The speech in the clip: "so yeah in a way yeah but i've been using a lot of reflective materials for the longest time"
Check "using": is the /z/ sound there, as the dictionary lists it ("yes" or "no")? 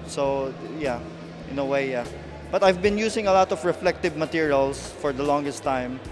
no